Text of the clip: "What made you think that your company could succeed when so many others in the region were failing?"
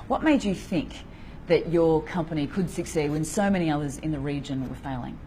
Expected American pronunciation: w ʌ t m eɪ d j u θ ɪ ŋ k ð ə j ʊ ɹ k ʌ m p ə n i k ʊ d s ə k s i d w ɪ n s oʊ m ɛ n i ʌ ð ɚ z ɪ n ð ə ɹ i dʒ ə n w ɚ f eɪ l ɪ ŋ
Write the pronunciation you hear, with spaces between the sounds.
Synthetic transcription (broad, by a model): w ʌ t m eɪ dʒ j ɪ θ ɪ ŋ k ð ə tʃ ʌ ɹ k ʌ m p ə n i k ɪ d s ə k s i d w ɪ n s oʊ m ɛ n i ʌ ð ɚ z ɪ n ð ə ɹ i dʒ ə n w ɚ f eɪ l ɪ ŋ